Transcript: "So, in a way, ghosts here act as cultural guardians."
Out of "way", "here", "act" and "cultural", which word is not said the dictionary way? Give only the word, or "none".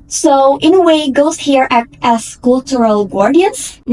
act